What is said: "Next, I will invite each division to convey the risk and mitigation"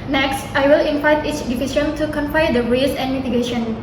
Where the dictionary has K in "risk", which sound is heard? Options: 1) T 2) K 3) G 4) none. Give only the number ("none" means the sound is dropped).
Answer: 4